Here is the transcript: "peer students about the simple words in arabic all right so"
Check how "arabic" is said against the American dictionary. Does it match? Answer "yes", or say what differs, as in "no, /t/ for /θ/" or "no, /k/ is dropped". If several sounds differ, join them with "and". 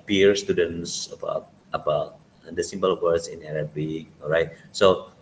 no, /k/ is dropped